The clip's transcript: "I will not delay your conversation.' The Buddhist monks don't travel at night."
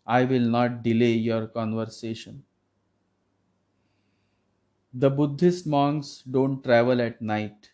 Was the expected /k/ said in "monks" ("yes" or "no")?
no